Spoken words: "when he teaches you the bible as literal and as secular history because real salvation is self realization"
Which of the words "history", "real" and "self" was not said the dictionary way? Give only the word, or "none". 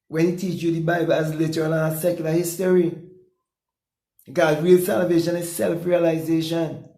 history